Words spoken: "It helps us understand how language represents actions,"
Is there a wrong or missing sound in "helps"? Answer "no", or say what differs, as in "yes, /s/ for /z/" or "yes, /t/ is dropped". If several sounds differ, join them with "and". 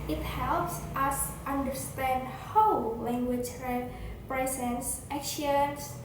no